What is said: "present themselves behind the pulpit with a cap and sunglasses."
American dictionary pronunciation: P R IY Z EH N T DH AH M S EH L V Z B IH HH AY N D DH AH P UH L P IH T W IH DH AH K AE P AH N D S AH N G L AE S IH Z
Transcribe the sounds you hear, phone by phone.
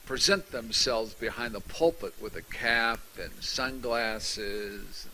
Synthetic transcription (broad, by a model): P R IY Z EH N T DH AH M S EH L V Z B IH HH AY N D DH AH P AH L P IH T W IH DH AH K AE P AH N S AH N G L AE S IH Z